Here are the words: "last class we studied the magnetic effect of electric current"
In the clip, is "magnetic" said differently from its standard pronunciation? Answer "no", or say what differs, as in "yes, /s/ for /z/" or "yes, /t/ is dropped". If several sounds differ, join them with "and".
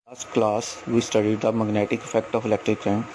no